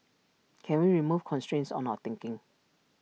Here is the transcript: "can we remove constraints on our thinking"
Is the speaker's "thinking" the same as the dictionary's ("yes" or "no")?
no